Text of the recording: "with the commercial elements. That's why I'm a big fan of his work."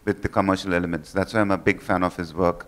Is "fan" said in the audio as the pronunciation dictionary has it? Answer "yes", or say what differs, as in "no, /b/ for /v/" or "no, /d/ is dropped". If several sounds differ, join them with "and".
yes